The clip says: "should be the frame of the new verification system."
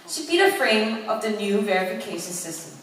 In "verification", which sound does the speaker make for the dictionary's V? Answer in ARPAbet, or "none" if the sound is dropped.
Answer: V